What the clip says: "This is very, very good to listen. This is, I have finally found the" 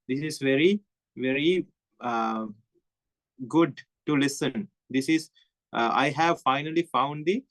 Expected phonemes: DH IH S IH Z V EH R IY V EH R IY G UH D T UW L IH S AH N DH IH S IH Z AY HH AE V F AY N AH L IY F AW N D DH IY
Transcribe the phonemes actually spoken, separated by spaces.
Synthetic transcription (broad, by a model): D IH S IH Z V EH R IY V EH R IY G UH D T UW L IH S AH N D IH S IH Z AY HH AE V F AY N AH L IY F AW N D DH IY